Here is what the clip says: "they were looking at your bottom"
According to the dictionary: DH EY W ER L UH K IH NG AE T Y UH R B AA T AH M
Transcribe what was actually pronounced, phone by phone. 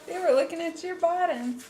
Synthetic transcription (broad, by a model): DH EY W ER L UH K IH NG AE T Y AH R B AA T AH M